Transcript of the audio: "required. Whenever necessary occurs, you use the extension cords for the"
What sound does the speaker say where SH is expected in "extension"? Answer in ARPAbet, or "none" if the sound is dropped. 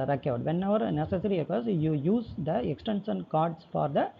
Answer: S